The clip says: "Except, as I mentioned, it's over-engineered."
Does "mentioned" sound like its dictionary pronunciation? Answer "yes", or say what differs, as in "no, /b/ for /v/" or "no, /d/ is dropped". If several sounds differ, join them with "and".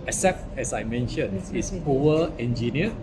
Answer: no, /d/ is dropped